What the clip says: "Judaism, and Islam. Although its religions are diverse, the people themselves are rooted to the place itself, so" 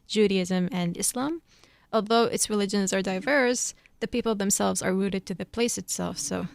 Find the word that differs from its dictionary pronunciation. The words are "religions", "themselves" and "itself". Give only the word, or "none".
none